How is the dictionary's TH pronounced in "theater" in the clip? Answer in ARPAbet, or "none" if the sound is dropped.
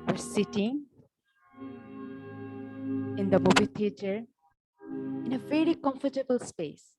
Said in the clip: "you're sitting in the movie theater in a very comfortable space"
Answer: T